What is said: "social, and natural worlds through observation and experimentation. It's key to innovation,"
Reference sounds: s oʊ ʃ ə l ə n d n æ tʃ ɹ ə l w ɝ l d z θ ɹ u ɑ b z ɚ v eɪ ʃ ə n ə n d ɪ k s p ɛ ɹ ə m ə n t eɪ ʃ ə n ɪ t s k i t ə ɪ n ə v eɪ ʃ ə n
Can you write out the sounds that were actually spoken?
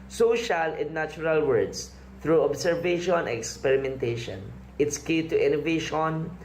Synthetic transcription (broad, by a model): s oʊ ʃ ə l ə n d n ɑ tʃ ɹ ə l w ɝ d s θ ɹ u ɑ b s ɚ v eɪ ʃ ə n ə k s p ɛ ɹ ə m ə n t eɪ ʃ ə n ɪ t s k i t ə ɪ n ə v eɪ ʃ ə n